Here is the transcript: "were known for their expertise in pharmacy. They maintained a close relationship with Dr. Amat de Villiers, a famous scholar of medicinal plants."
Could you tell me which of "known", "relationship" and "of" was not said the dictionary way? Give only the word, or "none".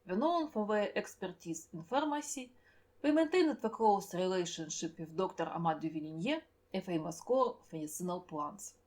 of